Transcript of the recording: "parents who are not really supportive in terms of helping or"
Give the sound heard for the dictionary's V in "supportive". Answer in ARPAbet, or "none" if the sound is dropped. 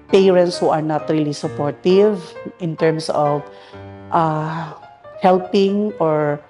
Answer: V